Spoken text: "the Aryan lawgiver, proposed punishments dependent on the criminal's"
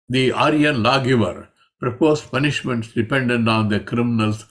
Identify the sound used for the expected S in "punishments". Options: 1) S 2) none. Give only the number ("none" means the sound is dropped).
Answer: 1